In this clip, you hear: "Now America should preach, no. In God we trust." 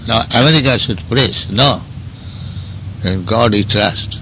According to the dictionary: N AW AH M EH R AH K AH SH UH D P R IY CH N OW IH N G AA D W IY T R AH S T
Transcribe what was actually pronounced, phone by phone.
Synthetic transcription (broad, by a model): N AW AH M EH R AH K AH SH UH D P R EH S N OW IH N G AA D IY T R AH S T